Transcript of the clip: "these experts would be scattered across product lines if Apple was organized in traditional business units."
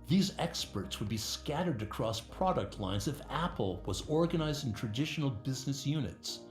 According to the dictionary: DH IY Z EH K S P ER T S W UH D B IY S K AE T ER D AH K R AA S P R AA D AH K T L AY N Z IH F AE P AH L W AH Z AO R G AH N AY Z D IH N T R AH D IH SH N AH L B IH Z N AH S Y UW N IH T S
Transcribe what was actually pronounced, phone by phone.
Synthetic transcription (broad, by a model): DH IY Z EH K S P ER T S W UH D B IY S K AE T ER D AH K R AA S P R AA D AH K T L AY N Z IH F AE P L W AH Z AO R G AH N AY Z D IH N T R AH D IH SH N L B IH Z N AH S Y UW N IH T S